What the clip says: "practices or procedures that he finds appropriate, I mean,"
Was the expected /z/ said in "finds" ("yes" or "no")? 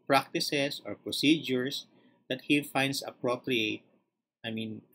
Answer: no